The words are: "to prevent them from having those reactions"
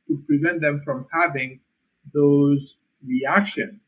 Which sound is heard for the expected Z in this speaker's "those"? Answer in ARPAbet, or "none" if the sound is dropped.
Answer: Z